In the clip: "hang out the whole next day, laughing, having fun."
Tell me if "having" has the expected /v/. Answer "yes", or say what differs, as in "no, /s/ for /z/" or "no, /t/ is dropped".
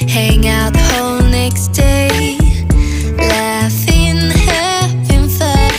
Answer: no, /p/ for /v/